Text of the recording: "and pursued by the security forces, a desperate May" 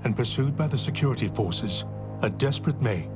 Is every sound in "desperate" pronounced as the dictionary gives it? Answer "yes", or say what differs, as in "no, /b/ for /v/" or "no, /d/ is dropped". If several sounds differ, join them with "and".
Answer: yes